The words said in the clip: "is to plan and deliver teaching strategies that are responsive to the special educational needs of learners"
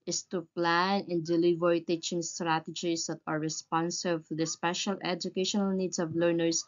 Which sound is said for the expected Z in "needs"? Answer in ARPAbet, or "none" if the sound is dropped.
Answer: S